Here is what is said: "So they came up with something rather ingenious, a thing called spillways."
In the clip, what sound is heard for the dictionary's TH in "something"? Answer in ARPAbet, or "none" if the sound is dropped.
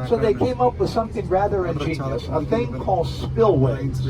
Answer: TH